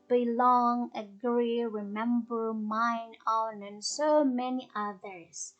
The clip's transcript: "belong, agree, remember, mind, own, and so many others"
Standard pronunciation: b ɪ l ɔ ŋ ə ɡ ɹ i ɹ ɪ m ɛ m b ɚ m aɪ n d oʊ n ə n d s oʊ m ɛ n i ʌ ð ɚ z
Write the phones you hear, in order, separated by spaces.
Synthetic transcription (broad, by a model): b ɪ l ɔ ŋ ə ɡ ɹ i ɹ ɪ m ɛ m b ɚ m aɪ n oʊ n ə n s oʊ m ɛ n i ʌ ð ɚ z